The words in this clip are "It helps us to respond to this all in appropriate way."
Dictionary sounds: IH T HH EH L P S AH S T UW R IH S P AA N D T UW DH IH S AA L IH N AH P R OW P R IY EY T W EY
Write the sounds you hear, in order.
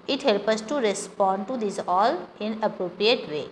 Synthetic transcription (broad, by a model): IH T HH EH L P AH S T UW R IH S P AA N D T UW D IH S AA L IH N AH P R OW P R IY EY T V EY